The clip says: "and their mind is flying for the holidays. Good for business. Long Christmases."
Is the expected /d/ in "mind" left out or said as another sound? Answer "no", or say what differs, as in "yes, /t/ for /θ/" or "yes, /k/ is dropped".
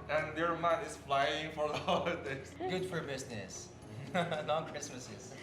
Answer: yes, /d/ is dropped